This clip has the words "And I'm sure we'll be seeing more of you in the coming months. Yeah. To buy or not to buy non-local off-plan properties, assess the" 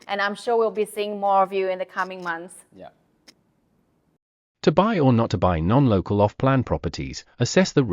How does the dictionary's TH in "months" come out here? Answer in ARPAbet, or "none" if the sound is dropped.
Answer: TH